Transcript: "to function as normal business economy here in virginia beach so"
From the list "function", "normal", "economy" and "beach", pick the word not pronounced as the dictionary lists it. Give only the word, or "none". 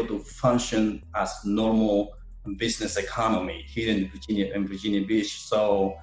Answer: beach